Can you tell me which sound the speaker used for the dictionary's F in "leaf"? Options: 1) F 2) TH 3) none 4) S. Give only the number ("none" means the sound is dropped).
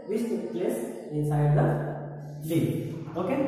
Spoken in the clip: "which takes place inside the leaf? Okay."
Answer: 3